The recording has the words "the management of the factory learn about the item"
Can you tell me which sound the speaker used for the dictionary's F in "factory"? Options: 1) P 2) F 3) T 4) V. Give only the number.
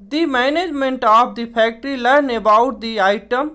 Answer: 1